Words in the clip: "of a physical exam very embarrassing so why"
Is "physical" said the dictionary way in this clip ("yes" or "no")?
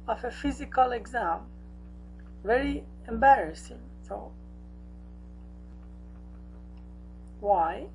yes